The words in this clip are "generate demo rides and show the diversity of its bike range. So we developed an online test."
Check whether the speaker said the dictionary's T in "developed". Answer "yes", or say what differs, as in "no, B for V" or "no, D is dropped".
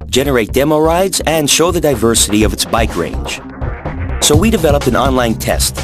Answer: no, T is dropped